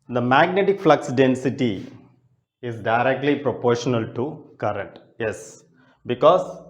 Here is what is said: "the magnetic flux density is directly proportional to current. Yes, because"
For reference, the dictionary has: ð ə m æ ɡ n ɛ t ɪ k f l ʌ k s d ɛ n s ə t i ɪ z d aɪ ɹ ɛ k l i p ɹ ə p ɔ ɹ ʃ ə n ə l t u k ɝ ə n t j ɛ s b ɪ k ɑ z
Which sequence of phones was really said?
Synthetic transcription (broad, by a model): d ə m æ ɡ n ɛ t ɪ k f l ʌ k s d ɛ n s ə t i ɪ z d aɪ ɹ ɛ k l i p ɹ ə p ɔ ɹ ʃ ə n ə l t u k ɝ ə n t j ɛ s b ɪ k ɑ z